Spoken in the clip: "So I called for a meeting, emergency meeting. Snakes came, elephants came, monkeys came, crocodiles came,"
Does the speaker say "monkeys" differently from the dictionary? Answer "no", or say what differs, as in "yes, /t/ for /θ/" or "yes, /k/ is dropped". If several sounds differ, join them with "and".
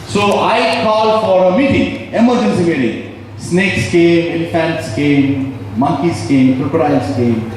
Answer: yes, /s/ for /z/